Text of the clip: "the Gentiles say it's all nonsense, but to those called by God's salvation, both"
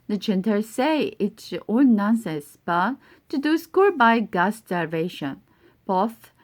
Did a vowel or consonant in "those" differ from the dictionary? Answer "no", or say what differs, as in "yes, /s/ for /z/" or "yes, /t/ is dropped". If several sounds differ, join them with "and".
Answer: yes, /s/ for /z/